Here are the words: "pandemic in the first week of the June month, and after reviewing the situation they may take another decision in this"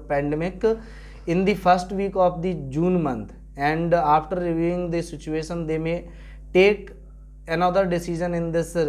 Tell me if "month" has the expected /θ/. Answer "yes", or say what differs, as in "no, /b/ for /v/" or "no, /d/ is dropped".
no, /t/ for /θ/